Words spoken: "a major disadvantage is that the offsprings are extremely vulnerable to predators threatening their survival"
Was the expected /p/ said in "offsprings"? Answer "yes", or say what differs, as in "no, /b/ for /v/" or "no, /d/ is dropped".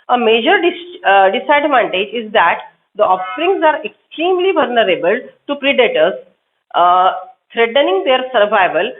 no, /p/ is dropped